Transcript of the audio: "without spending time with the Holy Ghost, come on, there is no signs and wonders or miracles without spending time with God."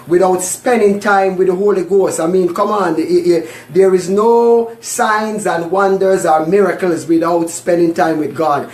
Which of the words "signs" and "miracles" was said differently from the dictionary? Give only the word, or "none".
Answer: none